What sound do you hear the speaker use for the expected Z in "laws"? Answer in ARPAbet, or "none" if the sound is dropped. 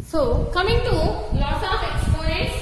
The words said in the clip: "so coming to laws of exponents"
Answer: S